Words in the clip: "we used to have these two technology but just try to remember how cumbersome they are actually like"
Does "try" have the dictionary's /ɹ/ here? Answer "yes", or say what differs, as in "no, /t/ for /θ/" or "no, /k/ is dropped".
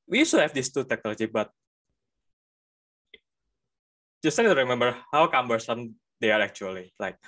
no, /ɹ/ is dropped